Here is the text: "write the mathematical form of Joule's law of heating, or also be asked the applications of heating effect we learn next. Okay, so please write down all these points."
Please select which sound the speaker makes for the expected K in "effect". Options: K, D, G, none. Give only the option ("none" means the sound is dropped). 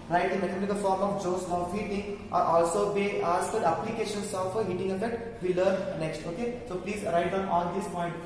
none